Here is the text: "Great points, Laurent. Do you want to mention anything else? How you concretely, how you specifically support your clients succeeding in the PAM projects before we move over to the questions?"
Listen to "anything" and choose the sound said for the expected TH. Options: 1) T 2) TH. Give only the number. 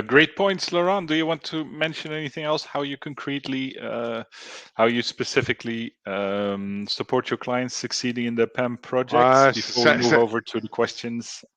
2